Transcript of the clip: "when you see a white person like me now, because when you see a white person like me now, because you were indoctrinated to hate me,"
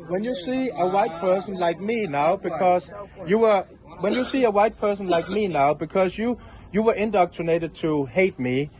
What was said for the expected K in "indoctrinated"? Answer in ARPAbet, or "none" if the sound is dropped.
K